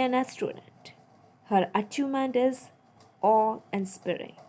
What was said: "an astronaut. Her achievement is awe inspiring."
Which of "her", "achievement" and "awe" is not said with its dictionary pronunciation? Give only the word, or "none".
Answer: achievement